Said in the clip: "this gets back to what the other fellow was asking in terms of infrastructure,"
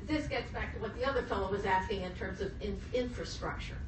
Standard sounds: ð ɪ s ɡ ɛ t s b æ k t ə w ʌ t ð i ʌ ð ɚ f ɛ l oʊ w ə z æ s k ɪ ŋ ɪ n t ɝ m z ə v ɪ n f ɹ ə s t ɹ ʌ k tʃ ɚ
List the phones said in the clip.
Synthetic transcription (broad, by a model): ð ɪ s ɡ ɛ t s b æ k t ə w ʌ t ð i ʌ ð ɚ f ɛ l oʊ w ə z æ s k ɪ ŋ ɪ n t ɝ m z ə v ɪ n f ɹ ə s t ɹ ʌ k tʃ ɚ